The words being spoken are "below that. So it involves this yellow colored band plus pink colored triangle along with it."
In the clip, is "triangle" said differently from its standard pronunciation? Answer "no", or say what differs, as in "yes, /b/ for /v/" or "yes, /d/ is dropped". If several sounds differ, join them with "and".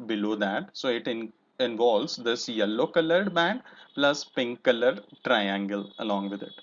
no